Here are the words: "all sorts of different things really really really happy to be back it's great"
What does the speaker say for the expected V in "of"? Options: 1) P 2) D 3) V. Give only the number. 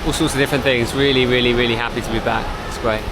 3